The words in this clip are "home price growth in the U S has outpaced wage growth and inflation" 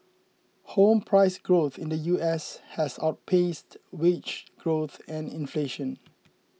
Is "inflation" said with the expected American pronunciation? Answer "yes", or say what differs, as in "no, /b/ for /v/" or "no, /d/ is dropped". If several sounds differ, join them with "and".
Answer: yes